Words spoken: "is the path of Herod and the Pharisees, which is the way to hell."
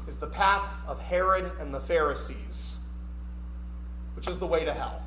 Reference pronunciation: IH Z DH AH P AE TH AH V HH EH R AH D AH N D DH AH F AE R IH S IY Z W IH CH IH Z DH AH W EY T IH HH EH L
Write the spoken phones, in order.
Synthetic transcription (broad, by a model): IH Z DH AH P AE TH AH V HH EH R AH D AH N DH AH F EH R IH S IY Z W IH CH IH Z DH AH W EY T IH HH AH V